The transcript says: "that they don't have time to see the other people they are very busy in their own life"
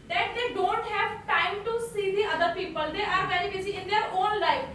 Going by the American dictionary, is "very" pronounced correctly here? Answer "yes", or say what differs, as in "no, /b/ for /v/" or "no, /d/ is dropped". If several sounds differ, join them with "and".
no, /b/ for /v/